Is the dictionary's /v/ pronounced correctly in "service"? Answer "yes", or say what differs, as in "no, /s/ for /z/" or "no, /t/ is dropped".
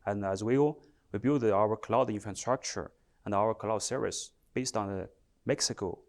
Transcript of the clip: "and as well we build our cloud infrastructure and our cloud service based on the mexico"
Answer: no, /v/ is dropped